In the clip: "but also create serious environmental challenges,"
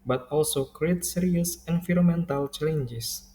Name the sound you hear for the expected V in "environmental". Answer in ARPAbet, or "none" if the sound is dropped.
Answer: F